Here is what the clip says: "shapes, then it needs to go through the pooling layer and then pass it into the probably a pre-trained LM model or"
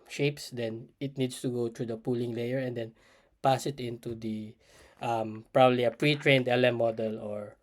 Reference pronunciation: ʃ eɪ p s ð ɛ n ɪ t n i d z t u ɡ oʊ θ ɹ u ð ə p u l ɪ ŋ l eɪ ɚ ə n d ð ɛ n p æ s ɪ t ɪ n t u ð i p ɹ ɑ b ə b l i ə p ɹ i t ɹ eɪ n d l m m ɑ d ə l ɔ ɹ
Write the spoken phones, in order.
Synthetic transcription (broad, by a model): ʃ eɪ p s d ɛ n ɪ t n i d s t u ɡ oʊ t ɹ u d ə p u l ɪ ŋ l eɪ ɚ ə n d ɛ n p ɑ s ɪ t ɪ n t u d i p ɹ ɑ b ə b l i ə p ɹ i t ɹ eɪ n d l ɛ m ɑ d ə l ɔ ɹ